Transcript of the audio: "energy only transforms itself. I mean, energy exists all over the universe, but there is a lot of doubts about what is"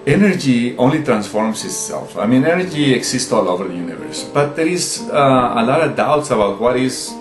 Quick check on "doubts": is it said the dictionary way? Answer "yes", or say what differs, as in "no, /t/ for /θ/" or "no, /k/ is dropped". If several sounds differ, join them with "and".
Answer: yes